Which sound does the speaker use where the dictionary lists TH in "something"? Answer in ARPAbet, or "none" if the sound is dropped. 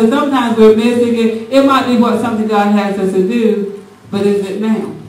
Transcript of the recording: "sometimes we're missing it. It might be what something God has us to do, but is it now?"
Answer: T